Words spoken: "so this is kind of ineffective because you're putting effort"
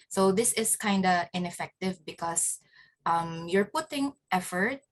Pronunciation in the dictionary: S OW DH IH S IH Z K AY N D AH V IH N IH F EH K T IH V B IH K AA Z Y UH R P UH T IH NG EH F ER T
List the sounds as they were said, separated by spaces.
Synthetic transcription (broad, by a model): S OW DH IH S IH S K AY N D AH IH N IH F EH K T IH V B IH K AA S Y UH R P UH T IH NG EH F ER T